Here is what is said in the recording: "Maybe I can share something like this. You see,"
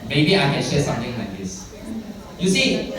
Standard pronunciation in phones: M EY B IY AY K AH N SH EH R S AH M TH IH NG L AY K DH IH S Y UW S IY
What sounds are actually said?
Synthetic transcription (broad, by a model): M EY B IY AY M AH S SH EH S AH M T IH NG L AY K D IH S Y UW S IY